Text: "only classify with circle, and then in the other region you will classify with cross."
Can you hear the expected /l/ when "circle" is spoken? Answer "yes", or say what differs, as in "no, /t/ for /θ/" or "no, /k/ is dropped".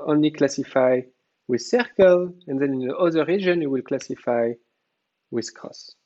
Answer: yes